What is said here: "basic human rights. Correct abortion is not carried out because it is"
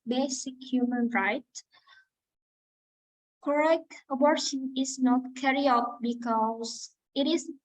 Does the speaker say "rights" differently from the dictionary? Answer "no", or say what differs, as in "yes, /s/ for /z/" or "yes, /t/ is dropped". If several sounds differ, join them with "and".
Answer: yes, /s/ is dropped